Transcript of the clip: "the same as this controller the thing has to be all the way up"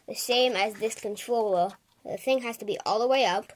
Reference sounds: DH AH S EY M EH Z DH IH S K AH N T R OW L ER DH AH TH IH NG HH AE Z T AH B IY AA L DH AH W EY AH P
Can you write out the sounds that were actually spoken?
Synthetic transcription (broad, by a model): DH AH S EY M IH Z DH IH S K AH N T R OW L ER DH AH TH IH NG HH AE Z T AH B IY AA L DH AH W EY AH P